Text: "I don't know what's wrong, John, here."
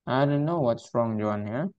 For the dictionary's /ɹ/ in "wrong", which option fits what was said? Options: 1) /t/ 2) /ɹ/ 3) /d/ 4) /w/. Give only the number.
2